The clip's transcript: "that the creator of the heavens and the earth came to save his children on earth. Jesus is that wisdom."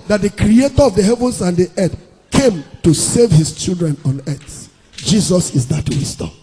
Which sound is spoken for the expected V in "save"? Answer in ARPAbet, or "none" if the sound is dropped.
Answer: V